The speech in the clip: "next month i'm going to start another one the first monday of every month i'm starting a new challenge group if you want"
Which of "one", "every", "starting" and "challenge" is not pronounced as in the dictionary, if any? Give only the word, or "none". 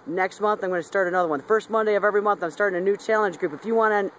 none